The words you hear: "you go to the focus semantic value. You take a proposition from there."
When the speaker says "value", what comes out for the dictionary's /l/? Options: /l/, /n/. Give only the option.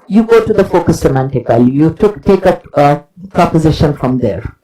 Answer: /l/